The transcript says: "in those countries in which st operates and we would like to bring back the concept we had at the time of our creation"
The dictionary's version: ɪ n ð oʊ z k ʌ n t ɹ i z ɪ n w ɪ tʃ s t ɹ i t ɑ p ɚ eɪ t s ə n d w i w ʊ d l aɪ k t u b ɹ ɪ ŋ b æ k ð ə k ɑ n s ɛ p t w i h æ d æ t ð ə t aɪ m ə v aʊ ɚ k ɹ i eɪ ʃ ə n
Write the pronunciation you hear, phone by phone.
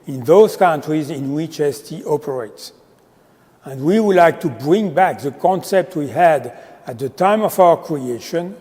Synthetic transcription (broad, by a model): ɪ n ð oʊ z k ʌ n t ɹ i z ɪ n w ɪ tʃ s t i t ɑ p ɚ eɪ t s ə n d w i w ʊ d l aɪ k t u b ɹ ɪ ŋ b æ k ð ə k ɑ n s ɛ p t w i h æ d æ t ð ə t aɪ m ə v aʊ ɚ k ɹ i eɪ ʃ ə n